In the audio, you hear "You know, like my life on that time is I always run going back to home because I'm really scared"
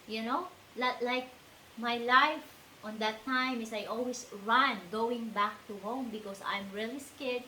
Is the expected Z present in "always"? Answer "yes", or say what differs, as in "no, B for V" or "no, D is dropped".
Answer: no, S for Z